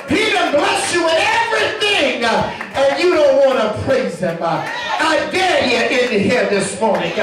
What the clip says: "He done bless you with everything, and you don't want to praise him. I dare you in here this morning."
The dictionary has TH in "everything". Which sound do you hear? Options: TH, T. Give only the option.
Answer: TH